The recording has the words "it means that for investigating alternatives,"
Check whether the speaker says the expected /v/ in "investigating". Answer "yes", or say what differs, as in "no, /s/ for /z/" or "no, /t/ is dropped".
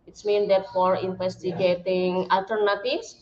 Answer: no, /f/ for /v/